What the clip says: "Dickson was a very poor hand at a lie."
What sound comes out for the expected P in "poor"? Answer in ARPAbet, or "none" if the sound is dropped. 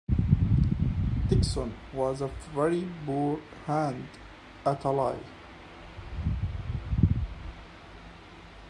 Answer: B